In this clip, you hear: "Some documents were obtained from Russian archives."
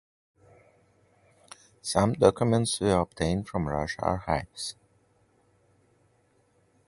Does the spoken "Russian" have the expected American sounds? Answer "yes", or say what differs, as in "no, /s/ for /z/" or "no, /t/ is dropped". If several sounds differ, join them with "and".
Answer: no, /n/ is dropped